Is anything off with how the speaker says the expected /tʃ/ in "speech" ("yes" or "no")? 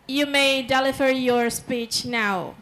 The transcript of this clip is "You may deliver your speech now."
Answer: no